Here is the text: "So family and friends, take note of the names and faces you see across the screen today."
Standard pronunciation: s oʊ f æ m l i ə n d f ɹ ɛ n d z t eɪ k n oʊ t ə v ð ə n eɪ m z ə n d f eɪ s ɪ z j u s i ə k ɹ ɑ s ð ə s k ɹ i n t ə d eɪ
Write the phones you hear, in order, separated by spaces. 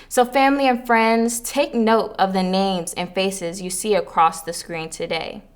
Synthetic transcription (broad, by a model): s oʊ f æ m l i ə n f ɹ ɛ n d z t eɪ k n oʊ t ə v ð ə n eɪ m z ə n f eɪ s ɪ z j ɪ s i ə k ɹ ɑ s ð ə s k ɹ i n t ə d eɪ